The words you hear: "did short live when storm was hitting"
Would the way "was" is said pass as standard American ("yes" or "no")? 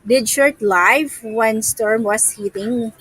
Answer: no